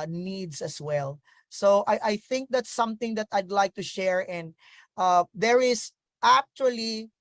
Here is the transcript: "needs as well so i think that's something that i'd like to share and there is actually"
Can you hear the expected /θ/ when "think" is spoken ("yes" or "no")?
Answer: yes